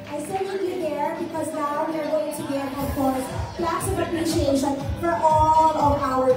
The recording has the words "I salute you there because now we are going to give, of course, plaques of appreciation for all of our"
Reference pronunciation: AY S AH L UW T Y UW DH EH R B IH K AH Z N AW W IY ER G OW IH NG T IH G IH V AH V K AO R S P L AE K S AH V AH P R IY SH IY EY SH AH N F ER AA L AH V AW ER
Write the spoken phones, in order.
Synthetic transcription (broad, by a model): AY S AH N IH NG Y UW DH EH R B IH K AH Z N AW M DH ER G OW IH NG T IH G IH AH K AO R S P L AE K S AH V AH P R IY SH IY EY SH AH N F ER AA L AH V AW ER